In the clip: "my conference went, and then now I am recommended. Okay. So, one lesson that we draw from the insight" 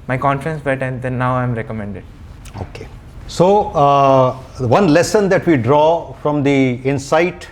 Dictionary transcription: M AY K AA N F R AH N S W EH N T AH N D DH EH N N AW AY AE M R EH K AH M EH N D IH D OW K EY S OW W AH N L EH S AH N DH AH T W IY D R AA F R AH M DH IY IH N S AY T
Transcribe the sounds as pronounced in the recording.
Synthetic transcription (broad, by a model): M AY K AA N F R AH N S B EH T AH N D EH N N AW AY M R EH K AH M EH N D IH D OW K EY S OW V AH N L EH S AH N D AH T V IY D R AA F R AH M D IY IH N S AY T